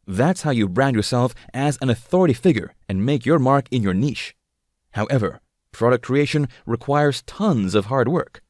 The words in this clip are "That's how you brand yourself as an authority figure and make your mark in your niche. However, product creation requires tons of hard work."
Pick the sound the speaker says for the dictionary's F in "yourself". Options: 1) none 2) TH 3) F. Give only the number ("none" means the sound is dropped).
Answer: 3